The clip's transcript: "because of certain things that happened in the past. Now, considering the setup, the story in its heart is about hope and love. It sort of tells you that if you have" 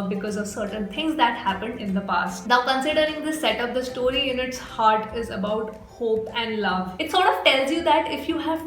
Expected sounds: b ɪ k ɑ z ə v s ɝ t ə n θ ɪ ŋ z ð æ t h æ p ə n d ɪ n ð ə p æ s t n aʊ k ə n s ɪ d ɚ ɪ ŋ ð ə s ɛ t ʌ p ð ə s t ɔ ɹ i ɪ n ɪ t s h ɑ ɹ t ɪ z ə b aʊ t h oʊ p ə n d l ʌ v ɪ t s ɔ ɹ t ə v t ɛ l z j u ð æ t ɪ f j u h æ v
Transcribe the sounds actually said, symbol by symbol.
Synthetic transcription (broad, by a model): b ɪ k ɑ z ə v s ɝ t ə n t ɪ ŋ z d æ t h æ p ə n d ɪ n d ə p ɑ s t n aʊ k ə n s ɪ d ɚ ɪ ŋ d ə s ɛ t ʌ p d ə s t ɔ ɹ i ɪ n ɪ t s h ɑ ɹ t ɪ z ə b aʊ t h oʊ p ə n d l ʌ v ɪ t s ɔ ɹ t ə v t ɛ l z j u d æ t ɪ f j u h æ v